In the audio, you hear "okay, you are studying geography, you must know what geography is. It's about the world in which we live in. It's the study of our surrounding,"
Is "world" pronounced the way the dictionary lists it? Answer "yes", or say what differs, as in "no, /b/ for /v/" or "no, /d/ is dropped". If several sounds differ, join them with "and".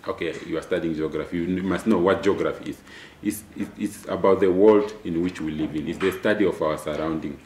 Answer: yes